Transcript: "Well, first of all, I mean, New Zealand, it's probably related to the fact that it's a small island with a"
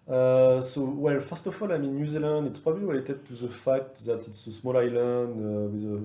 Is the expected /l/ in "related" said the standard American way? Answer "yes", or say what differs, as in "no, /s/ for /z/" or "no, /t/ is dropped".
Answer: no, /w/ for /l/